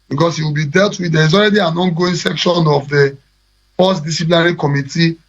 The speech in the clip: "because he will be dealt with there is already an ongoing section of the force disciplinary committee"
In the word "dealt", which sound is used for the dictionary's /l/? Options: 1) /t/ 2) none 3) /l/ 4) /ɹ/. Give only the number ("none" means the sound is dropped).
3